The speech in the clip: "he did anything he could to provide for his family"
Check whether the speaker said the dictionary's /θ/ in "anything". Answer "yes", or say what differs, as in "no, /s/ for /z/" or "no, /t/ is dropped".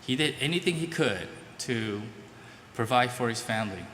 yes